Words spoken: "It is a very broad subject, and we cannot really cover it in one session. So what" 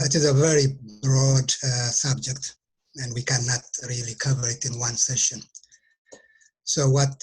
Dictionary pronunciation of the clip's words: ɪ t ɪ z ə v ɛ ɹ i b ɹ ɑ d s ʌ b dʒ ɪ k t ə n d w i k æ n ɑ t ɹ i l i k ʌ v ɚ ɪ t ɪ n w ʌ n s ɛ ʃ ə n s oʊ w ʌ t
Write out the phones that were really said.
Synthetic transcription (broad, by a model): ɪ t ɪ z ə v ɛ ɹ i b ɹ ɑ d s ʌ b dʒ ɪ k t ə n d w i k æ n ɑ t ɹ i l i k ʌ v ɚ ɪ t ɪ n w ʌ n s ɛ ʃ ə n s oʊ w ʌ t